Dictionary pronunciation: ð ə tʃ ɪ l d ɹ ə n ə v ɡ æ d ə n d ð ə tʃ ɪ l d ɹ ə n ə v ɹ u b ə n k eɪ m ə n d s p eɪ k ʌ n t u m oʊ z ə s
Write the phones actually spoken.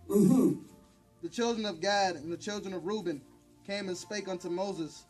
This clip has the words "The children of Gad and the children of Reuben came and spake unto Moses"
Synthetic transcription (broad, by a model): ð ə tʃ ɪ l d ɹ ə n ə v ɡ æ d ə n ð ə tʃ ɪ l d ɹ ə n ə v ɹ u b ə n k eɪ m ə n s p eɪ k ʌ n t u m oʊ z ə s